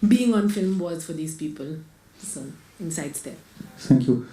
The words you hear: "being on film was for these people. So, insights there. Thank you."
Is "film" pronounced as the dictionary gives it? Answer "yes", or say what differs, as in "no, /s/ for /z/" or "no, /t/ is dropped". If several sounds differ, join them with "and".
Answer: yes